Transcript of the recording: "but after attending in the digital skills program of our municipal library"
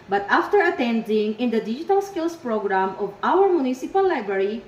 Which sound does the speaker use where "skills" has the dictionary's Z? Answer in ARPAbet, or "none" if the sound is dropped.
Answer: S